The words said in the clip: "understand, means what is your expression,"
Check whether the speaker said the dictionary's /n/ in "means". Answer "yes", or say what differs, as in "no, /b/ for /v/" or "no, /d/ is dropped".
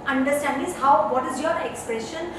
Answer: no, /n/ is dropped